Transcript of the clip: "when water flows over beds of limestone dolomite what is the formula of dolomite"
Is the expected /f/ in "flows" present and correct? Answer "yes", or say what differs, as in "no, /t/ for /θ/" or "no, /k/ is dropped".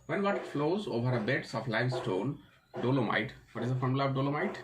yes